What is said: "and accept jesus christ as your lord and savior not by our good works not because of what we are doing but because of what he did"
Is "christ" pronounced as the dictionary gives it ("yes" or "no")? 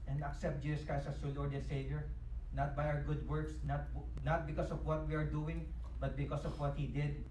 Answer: no